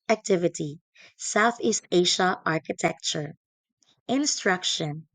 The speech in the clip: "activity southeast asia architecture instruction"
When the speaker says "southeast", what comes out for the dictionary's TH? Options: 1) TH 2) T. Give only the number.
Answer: 1